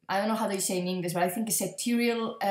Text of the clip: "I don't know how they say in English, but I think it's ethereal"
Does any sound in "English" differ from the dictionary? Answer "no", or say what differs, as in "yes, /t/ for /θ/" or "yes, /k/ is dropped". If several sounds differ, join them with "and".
yes, /s/ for /ʃ/